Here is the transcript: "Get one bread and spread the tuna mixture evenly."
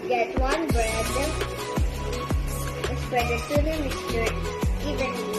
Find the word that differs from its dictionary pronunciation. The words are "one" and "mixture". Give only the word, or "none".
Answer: mixture